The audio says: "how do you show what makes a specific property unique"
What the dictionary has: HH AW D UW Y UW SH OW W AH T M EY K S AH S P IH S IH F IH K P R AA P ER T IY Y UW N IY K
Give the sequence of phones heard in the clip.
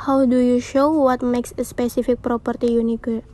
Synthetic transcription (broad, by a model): HH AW D UW Y UW SH OW W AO T M EY K S AH S P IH S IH F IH K P R AA P ER T IY Y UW N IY K